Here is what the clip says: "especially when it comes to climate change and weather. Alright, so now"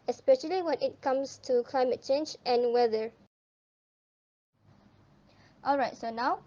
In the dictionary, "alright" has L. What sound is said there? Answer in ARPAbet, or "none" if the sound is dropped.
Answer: L